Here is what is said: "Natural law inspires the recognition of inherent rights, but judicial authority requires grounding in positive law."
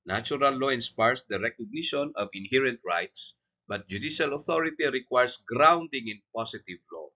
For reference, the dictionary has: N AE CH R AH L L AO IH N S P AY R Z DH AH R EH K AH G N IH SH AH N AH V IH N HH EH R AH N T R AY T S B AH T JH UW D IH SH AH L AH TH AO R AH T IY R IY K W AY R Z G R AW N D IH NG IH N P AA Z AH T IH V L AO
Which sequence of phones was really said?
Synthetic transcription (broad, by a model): N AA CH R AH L L AO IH N S P AY R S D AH R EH K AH G N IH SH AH N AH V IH N HH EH R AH N T R AY T S B AH T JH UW D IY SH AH L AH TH AO R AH T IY R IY K W AY R S G R AW N D IH NG IH N P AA S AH T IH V L AO